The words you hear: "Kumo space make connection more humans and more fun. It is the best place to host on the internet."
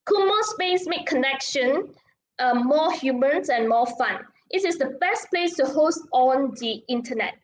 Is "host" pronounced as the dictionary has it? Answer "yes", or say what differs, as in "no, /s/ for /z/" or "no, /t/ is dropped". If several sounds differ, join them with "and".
yes